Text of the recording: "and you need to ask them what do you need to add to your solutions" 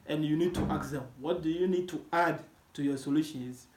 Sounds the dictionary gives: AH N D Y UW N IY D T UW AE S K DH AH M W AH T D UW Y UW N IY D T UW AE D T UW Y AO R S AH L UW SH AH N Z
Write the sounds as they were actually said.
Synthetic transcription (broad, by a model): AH N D Y UW N IY D T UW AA K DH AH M W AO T D UW Y UW N IY D T UW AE D T UW Y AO S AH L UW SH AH N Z